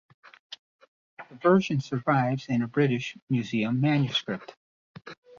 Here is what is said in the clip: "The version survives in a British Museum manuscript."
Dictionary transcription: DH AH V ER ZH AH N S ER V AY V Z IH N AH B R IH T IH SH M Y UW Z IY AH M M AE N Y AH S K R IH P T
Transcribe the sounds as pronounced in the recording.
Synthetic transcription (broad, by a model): DH AH V ER ZH AH N S ER V AY V Z IH N AH B R IH T IH SH M Y UW Z IY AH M M AE N Y AH S K R IH P T